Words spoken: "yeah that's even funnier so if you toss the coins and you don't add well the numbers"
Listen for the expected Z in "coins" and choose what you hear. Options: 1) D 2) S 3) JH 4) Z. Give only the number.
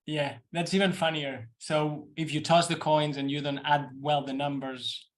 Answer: 4